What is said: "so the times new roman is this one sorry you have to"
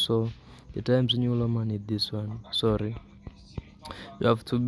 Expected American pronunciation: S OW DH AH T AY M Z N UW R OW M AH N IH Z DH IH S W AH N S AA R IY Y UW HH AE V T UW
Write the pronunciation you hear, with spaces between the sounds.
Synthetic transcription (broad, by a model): S OW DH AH T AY M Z N UW L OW M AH N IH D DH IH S W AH N S AA R IY Y UW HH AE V T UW